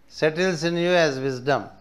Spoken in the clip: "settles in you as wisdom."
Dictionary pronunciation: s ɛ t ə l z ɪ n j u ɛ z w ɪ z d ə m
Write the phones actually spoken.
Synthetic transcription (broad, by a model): s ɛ t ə l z ɪ n j u ɛ z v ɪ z d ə m